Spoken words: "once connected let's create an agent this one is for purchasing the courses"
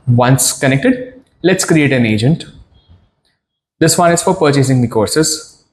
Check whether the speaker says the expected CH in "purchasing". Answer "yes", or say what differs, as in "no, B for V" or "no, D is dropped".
yes